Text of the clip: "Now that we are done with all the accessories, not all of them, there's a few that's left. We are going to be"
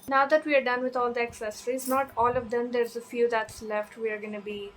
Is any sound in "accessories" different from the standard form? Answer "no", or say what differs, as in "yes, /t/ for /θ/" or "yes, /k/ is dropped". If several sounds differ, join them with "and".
no